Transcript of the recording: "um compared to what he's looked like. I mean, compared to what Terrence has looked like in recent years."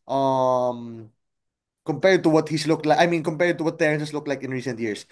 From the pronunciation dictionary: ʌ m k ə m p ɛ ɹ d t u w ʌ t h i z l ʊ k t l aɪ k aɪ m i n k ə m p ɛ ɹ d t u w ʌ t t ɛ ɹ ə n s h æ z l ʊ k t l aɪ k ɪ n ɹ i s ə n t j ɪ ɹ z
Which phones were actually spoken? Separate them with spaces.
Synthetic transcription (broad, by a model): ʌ m k ə m p ɛ ɹ d t u w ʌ t h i s l ʊ k t l aɪ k aɪ m i n k ə m p ɛ ɹ d t u w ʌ t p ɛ ɹ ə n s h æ s l ʊ k t l aɪ k ɪ n ɹ i s ə n t j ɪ ɹ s